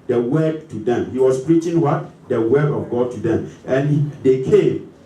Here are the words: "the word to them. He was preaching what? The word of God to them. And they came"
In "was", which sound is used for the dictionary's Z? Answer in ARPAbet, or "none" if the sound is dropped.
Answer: S